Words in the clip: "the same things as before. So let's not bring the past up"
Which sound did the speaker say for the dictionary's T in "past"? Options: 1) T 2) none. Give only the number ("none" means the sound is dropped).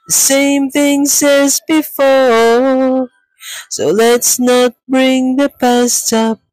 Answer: 1